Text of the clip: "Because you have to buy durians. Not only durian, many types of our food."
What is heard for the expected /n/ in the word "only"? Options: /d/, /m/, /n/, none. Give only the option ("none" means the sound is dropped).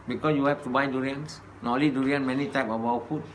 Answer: none